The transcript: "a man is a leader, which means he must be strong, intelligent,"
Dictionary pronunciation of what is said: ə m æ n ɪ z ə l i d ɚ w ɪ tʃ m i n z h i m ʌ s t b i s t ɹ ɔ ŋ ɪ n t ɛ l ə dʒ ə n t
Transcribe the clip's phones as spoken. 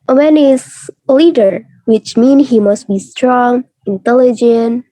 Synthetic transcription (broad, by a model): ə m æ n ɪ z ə l i d ɚ w ɪ tʃ m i n h i m ʌ s t b i s t ɹ ɔ ŋ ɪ n t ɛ l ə dʒ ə n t